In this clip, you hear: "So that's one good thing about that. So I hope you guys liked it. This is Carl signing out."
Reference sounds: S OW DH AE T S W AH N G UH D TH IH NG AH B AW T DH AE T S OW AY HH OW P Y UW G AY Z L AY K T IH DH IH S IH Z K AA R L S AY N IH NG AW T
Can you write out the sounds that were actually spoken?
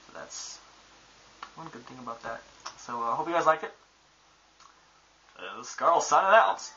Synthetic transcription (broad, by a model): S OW DH AE T S W AH N G UH D TH IH NG AH B AW T DH AE T S OW AY HH OW P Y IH G AY Z L AY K IH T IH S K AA R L S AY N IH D AW T